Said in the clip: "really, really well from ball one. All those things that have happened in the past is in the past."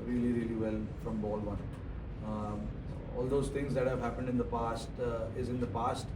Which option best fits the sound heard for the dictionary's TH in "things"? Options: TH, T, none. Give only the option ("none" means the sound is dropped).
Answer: T